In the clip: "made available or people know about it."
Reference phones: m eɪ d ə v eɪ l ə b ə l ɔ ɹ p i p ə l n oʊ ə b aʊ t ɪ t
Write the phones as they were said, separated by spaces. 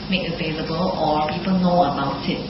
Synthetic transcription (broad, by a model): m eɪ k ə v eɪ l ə b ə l ɔ l p i p ə l n oʊ ə b aʊ t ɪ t